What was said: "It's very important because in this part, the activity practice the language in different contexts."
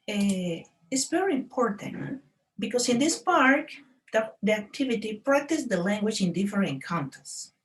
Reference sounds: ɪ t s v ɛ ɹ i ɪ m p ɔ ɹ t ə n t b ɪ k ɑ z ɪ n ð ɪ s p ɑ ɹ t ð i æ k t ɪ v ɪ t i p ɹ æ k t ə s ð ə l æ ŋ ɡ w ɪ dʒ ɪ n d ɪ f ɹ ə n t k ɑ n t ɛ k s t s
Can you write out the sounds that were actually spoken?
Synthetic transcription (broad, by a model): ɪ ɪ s v ɛ ɹ i ɪ m p ɔ ɹ t ə n t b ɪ k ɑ s ɪ n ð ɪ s p ɑ ɹ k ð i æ k t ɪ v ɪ t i p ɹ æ k t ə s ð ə l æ ŋ ɡ w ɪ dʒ ɪ n d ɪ f ɹ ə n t k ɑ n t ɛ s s